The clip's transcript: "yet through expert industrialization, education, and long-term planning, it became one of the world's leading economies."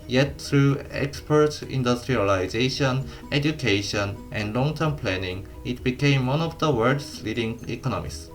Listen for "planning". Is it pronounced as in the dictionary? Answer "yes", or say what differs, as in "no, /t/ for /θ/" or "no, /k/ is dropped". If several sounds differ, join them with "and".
yes